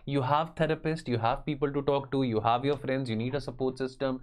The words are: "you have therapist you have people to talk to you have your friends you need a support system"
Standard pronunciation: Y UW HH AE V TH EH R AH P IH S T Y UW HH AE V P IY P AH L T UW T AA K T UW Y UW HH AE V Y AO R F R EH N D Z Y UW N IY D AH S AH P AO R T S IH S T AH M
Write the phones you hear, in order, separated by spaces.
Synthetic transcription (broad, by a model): Y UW HH AE V T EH R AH P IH S T Y UW HH AE V P IY P AH L T UW T AA K T UW Y UW HH AE V Y AO R F R EH N D Z Y UW N IY D AH S AH P AO R T S IH S T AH M